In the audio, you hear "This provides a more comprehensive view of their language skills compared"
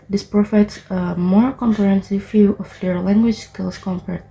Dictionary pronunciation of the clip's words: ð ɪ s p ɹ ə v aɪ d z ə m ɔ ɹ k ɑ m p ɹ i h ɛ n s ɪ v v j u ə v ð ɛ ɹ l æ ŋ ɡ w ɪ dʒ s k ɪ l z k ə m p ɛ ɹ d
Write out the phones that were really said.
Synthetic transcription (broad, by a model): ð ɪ s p ɹ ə f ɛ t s ə m ɔ ɹ k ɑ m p ɹ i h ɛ n s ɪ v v j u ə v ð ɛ ɹ l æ ŋ ɡ w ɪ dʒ s k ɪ l s k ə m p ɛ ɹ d